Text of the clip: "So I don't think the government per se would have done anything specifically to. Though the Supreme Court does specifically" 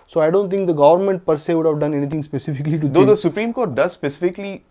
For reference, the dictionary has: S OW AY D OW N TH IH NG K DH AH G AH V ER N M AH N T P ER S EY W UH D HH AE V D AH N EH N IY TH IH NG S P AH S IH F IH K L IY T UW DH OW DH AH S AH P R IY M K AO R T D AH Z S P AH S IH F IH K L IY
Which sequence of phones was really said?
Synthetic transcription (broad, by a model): S OW AY D OW N T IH NG K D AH G AH V ER N M AH N T P ER S EY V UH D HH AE V D AH N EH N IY T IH NG S P AH S IH F IH K L IY T UW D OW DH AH S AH P R IY M K AO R T D AH Z S P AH S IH F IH K L IY